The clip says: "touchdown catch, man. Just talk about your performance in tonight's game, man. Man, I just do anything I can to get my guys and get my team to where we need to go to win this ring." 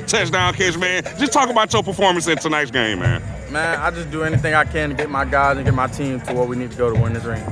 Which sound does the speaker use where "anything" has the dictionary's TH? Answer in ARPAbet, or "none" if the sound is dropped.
TH